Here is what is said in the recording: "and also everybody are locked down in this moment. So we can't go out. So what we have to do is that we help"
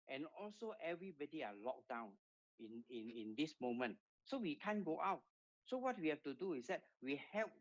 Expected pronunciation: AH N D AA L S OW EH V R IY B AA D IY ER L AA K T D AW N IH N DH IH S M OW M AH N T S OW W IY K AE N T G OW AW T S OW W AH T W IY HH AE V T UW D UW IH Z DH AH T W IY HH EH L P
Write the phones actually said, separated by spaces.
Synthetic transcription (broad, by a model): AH N AA L S OW EH V R IY B AA D IY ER L AA K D AW N IH N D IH S M OW M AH N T S OW W IY K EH N G OW AW T S OW W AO T W IY HH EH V T UW D UW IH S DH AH T W IY HH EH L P